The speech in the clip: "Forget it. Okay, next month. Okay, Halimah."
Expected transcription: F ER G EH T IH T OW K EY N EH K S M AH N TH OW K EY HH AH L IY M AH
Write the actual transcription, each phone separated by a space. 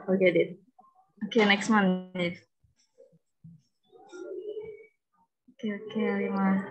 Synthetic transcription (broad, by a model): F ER G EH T IH T OW K EY N EH K S M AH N F OW K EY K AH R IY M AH